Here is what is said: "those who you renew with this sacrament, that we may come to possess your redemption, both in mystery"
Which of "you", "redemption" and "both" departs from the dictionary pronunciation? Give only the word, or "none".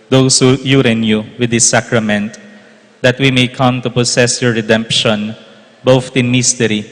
both